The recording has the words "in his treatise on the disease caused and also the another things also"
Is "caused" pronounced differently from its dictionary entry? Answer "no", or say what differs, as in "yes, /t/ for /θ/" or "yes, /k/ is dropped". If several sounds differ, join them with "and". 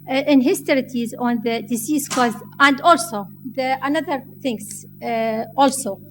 yes, /d/ is dropped